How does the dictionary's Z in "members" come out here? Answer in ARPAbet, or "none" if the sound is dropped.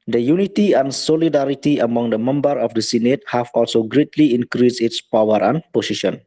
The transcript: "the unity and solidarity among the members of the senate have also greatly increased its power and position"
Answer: none